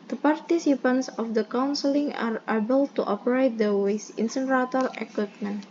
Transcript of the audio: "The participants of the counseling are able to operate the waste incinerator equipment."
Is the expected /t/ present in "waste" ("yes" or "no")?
no